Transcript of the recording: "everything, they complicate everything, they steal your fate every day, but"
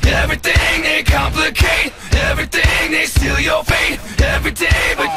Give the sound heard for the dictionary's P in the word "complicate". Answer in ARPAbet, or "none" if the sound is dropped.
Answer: P